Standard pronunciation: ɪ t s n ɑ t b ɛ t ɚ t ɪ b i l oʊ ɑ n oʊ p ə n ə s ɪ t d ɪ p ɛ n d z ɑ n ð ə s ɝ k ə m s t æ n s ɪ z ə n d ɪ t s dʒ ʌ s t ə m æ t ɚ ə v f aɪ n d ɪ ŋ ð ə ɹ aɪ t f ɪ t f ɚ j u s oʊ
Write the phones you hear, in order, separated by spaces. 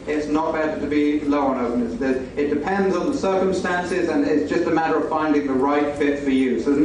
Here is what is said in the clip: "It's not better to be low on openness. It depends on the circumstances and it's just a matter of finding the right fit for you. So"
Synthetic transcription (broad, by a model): ɪ t s n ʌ t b ɛ t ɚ t ɪ b i l oʊ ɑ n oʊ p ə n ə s ɪ t d ɪ p ɛ n d z n ð ə s ɝ k ə m s t æ n s ɪ z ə n ɪ t s dʒ ʌ s t ə m æ t ɚ ə v f aɪ n d ɪ ŋ ð ə ɹ aɪ t f ɪ t f ɚ j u s oʊ